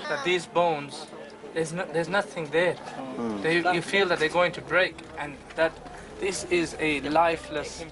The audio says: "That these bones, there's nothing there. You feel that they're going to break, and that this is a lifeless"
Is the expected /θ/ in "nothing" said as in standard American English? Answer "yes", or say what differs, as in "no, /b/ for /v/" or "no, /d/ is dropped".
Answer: yes